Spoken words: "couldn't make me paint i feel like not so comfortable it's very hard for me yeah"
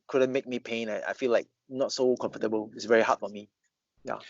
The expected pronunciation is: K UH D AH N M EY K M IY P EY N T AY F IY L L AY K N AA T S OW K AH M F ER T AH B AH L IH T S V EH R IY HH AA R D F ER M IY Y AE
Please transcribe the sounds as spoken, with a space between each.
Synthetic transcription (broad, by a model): K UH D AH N M EY K M IY P EY N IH AY F IY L L AY K N AA T S OW K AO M F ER T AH B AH L IH T S V EH R IY HH AA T F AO M IY Y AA